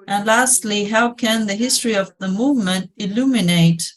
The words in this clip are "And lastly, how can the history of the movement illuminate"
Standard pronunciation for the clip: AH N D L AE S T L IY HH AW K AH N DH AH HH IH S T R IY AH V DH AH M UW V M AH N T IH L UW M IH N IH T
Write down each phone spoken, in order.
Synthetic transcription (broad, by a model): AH N L AE S T L IY HH AW K AH N DH AH HH IH S T R IY AH V DH AH M UW V M AH N T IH L UW M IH N IH T